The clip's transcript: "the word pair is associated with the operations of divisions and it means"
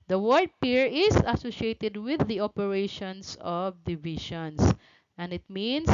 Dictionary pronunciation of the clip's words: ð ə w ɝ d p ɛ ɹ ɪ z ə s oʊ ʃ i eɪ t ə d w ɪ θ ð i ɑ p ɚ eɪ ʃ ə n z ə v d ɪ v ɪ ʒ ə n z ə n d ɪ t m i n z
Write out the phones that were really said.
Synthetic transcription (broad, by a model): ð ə w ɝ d p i ɹ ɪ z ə s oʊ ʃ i eɪ t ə d w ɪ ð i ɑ p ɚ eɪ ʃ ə n s ə v d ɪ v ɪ ʃ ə n s ə n d ɪ t m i n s